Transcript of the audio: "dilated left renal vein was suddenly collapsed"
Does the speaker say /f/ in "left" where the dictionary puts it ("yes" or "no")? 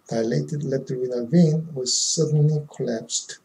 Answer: no